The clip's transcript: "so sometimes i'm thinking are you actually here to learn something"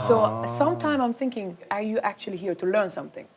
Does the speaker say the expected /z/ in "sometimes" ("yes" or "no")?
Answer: no